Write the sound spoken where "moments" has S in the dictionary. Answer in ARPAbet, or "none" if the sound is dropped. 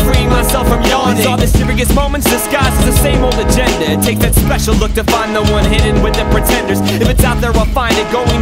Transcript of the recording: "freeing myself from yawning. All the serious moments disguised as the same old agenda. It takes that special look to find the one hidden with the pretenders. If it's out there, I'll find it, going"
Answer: S